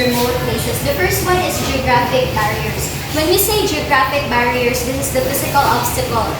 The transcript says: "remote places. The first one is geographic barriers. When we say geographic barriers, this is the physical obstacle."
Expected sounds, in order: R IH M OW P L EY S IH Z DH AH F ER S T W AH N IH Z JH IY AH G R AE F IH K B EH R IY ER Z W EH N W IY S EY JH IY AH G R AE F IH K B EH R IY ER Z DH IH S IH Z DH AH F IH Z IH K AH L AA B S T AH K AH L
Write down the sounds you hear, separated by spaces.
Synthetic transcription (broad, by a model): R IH M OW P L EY SH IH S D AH F ER S T W AH N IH S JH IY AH G R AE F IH K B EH R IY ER S W EH N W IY S EY JH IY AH G R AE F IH K B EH R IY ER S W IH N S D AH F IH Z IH K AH L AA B S T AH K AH L